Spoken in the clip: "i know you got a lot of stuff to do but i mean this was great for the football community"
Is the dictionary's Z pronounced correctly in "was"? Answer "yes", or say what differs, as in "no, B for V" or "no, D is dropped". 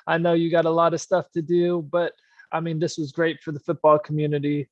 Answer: yes